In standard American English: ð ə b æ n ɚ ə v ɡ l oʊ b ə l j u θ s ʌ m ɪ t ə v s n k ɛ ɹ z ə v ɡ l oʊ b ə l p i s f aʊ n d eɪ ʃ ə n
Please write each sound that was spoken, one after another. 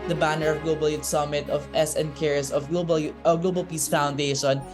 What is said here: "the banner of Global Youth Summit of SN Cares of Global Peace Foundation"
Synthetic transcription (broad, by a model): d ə b æ n ɚ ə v ɡ l oʊ b ə l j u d s ʌ m ɪ t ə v s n k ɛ ɹ s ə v ɡ l oʊ b ə l p i s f aʊ n d eɪ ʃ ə n